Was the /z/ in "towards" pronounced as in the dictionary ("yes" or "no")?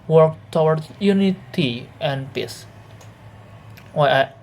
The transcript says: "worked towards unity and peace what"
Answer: no